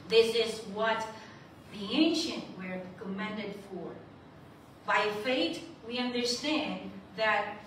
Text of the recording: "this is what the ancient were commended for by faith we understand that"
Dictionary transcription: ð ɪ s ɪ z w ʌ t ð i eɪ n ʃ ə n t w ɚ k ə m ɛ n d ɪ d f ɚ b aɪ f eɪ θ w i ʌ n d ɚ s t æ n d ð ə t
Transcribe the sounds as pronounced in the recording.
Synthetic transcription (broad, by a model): ð ɪ s ɪ z w ʌ t ð i eɪ n ʃ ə n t w ɚ k ə m ɛ n d ɪ d f ɚ b aɪ f eɪ t w i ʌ n d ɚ s t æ n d ð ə t